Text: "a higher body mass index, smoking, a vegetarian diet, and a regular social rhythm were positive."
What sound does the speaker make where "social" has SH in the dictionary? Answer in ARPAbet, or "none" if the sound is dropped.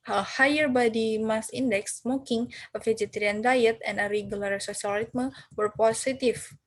S